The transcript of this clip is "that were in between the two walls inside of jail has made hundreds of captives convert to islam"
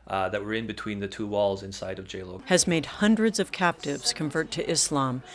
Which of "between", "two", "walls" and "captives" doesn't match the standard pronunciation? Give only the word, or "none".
none